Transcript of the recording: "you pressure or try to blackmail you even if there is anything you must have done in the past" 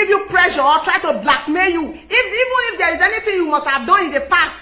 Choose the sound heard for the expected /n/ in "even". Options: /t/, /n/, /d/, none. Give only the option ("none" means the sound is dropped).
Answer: /n/